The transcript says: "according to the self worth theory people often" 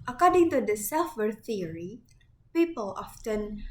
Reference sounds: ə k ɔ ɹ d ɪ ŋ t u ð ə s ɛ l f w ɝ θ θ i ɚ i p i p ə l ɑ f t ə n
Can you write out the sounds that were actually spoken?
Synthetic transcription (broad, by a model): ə k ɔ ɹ d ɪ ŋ t u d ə s ɛ l f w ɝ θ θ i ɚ i p i p ə l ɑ f t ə n